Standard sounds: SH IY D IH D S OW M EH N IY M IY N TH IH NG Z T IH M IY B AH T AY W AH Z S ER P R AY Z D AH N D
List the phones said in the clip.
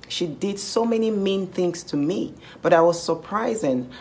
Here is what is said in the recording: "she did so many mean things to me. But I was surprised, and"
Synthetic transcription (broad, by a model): SH IY D IH D S OW M EH N IY M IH N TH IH NG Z T IH M IY B AH T AY W AH Z S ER P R AY Z AH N